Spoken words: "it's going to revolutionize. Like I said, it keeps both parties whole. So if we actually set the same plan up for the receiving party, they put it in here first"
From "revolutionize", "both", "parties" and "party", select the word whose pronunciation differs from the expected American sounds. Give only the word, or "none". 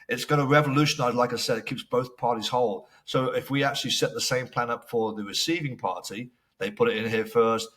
none